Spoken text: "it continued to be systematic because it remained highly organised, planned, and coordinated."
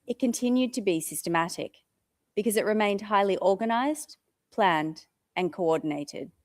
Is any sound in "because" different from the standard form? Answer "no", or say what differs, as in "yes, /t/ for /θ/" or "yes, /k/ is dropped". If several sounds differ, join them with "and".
no